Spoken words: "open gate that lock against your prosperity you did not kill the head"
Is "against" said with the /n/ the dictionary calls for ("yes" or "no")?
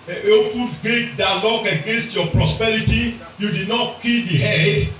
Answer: yes